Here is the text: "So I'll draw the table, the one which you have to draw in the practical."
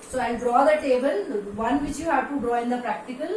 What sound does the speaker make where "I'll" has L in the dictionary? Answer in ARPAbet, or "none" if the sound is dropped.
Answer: N